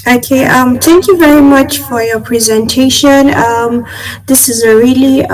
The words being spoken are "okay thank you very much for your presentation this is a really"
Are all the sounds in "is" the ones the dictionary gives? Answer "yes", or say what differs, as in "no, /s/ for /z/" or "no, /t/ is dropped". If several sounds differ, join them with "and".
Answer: yes